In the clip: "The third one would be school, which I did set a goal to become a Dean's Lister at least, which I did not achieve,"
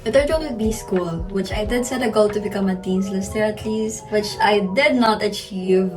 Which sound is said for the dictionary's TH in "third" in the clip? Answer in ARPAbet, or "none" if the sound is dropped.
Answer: T